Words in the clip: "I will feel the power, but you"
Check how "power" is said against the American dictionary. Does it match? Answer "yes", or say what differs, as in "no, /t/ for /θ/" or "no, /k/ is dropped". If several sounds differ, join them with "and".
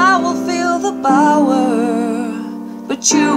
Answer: no, /b/ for /p/